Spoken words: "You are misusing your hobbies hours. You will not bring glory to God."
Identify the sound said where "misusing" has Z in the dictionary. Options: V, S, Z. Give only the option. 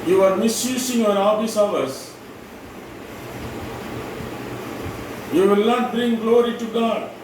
S